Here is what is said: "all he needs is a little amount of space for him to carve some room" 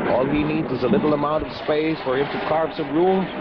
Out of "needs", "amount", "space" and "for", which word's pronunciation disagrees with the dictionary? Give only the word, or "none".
none